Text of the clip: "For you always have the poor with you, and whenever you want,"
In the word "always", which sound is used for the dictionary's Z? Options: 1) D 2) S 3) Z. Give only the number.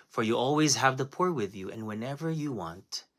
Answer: 3